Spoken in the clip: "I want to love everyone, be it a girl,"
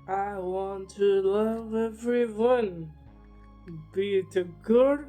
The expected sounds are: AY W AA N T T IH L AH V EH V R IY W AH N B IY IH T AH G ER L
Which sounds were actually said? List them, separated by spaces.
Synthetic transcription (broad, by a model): AY W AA N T T IH L AH V EH V R IY W AH N B IY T AH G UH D